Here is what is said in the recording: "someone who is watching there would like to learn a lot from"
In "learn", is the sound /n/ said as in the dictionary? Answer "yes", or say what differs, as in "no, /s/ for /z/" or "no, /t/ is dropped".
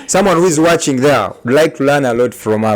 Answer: yes